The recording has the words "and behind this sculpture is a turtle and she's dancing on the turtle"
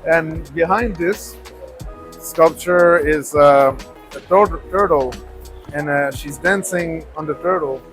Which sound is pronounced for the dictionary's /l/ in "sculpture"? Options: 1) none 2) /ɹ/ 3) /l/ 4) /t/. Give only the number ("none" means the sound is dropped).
3